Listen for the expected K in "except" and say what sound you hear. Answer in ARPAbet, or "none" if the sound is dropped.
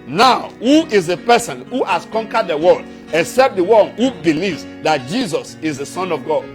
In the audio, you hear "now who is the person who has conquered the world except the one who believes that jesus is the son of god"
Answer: K